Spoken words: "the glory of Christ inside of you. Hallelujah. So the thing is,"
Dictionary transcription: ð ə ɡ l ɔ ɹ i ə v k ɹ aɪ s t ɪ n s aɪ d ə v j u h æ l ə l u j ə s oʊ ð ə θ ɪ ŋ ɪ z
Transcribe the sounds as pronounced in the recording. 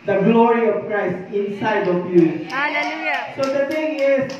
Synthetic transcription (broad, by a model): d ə ɡ l ɔ ɹ i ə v k ɹ aɪ s t ɪ n s aɪ d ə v j u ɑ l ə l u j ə s oʊ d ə t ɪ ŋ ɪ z